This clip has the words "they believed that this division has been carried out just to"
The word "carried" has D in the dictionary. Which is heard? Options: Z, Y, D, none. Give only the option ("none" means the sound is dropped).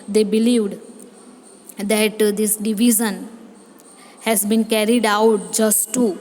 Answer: D